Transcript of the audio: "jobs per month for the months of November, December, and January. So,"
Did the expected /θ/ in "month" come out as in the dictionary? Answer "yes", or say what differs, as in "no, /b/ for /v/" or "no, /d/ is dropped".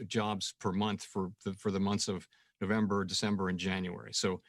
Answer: yes